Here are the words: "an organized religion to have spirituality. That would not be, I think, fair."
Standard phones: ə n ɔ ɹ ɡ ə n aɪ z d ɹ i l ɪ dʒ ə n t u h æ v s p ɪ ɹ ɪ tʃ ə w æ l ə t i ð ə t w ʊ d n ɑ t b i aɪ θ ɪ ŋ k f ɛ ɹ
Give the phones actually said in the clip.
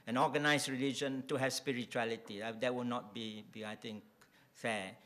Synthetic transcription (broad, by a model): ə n ɔ ɡ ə n aɪ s ɹ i l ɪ dʒ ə n t u h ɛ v s p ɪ ɹ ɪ tʃ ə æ l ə t i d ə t w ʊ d n ɑ t b i aɪ t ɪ ŋ k f ɛ